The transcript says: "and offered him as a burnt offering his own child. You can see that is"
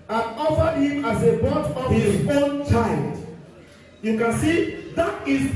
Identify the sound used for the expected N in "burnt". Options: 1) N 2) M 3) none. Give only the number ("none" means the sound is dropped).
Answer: 3